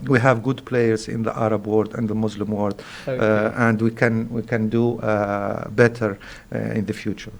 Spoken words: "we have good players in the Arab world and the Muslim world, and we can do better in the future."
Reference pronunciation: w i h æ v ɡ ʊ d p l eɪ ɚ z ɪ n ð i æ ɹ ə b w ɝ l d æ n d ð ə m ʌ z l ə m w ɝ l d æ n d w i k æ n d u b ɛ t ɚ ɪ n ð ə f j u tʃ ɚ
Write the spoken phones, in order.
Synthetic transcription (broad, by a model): w i h æ v ɡ ʊ d p l eɪ ɚ z ɪ n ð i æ ɹ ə b w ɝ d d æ n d ð ə m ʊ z l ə m w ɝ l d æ n d w i k æ n d u b ɛ t ɚ ɪ n ð ə f j u tʃ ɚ